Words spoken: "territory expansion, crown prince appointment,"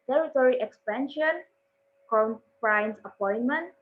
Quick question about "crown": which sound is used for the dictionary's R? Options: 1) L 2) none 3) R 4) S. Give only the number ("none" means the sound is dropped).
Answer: 2